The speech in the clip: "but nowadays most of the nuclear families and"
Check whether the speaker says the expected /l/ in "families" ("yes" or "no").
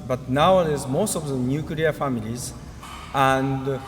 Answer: yes